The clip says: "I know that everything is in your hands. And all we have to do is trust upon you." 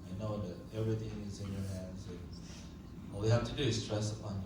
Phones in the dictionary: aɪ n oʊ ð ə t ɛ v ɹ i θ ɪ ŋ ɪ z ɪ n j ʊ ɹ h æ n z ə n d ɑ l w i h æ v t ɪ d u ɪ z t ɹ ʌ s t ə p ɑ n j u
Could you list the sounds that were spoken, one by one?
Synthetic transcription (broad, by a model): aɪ n oʊ ð ə t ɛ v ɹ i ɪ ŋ ɪ z ɪ n j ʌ ɹ h æ n z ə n ɑ l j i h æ f t ɪ d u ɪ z t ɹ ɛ s ə p ɑ n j